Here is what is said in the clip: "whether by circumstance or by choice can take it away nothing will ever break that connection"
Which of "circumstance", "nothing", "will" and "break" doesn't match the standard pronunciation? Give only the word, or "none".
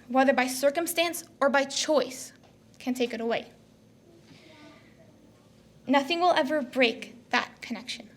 none